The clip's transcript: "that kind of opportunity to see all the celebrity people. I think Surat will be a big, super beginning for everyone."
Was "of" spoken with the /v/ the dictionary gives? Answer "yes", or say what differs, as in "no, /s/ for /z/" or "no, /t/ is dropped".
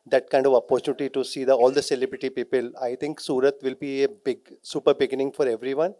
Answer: yes